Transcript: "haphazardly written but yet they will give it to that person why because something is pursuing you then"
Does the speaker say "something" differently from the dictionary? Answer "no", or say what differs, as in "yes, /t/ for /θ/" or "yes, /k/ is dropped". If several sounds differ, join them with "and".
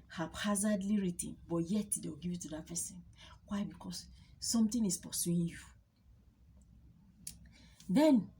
yes, /t/ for /θ/